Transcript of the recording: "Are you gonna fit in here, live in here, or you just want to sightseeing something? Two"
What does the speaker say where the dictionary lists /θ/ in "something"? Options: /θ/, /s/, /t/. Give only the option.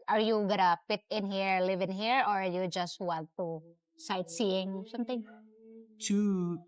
/t/